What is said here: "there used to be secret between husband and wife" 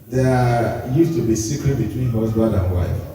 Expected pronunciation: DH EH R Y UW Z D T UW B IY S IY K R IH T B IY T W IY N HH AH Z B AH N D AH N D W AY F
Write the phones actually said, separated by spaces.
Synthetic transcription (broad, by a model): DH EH Y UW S T UW B IY S IY K R IH T B IY T W IY N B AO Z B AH D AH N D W AY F